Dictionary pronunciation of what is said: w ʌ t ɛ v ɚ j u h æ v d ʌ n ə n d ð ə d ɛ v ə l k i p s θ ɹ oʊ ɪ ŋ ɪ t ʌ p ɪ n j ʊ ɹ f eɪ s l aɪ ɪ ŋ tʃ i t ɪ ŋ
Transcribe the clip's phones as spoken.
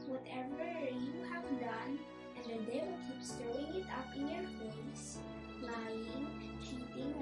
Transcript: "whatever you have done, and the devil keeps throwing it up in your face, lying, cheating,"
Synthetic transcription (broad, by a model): w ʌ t ɛ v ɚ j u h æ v d ʌ n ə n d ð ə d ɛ ə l k i p s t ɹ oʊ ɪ ŋ ɪ t ʌ p ɪ n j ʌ ɹ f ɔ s l aɪ ɪ ŋ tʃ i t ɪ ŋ